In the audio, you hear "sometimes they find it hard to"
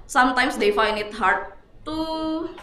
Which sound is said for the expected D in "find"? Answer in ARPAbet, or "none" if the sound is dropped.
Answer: none